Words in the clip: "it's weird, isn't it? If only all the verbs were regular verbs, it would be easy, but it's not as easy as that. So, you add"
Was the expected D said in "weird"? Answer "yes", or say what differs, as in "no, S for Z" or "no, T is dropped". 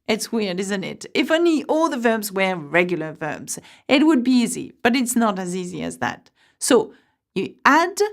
yes